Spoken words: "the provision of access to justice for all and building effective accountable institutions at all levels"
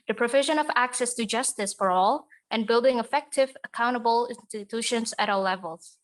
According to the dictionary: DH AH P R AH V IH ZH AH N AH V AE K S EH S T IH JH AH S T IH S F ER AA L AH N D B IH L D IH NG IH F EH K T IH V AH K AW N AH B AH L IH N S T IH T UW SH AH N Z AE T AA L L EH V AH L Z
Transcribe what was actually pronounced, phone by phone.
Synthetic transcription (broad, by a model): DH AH P R AH V IH ZH AH N AH V AE K S EH S T IH JH AH S T IH S F ER AA L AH N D B IH L D IH NG IH F EH K T IH V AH K AW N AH B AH L IH N S T IH T UW SH AH N Z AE T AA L L EH V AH L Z